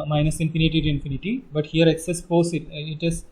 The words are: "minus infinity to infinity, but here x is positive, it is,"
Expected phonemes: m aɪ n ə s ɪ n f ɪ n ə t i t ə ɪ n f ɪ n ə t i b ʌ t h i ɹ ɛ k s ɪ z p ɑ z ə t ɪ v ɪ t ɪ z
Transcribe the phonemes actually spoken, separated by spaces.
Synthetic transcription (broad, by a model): m aɪ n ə s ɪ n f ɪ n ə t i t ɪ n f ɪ n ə t i b ʌ t h i ɹ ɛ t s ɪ s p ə s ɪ ɪ t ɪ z